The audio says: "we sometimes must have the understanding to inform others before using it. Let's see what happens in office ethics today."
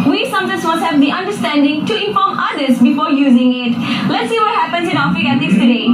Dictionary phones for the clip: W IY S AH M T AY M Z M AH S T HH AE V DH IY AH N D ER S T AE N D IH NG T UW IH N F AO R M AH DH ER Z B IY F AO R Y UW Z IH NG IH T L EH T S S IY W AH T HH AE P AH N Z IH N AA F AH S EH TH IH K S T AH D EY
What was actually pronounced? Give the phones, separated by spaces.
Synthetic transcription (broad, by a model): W IY S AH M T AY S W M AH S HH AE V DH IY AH N D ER S T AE N D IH NG T UW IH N F AO M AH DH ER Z B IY F AO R Y UW Z IH NG IH T L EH T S S IY W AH T HH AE P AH N S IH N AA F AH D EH T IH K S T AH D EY